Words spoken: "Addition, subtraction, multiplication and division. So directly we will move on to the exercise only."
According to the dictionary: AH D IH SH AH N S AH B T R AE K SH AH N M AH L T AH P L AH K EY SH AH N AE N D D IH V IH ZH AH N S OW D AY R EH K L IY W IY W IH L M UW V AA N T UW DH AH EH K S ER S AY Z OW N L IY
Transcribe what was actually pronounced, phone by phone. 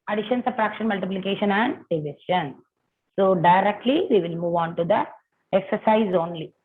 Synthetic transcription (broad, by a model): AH D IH SH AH N S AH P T R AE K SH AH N M AH L T AH P L AH K EY SH AH N AE N D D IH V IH SH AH N S OW D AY R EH K L IY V IY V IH L M UW V AA N T UW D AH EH K S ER S AY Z OW N L IY